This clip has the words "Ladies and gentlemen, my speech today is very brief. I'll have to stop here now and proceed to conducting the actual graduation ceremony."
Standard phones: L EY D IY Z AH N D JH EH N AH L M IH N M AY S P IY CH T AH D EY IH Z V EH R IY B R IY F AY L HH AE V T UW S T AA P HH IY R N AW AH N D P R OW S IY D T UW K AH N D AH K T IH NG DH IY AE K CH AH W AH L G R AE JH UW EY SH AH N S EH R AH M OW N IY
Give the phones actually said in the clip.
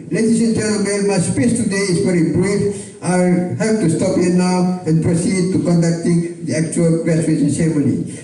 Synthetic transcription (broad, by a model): L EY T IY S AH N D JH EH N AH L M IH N M AY S P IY S T AH D EY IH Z V EH R IY B R IY F AY HH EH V T UW S T AA P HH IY N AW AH N P R OW S IY D T UW K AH N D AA K T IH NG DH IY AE K CH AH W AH L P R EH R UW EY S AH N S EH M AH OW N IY